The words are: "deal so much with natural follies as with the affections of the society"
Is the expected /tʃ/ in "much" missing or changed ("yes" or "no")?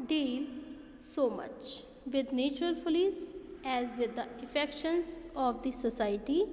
no